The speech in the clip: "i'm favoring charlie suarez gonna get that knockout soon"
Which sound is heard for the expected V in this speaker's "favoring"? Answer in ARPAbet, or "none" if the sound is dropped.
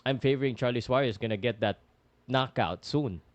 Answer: V